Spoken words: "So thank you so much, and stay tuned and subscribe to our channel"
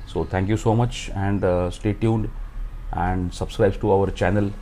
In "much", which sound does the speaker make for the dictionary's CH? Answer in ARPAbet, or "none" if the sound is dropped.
CH